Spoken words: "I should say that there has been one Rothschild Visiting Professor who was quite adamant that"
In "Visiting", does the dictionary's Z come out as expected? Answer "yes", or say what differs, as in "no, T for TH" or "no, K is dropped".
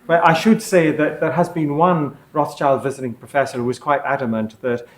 yes